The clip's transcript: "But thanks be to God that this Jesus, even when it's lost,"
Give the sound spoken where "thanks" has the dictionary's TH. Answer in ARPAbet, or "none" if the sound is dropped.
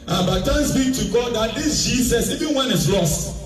T